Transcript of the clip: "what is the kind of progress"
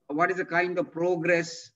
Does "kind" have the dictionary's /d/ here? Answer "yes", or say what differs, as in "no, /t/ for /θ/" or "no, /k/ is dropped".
yes